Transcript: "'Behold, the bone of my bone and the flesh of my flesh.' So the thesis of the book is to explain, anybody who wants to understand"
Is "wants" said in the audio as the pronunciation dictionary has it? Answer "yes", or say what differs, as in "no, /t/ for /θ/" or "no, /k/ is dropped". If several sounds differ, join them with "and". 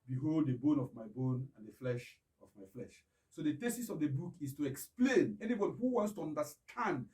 yes